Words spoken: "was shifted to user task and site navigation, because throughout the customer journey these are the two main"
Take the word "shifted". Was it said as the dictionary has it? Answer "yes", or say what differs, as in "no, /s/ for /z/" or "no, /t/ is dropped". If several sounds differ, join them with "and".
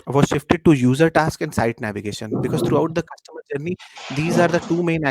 yes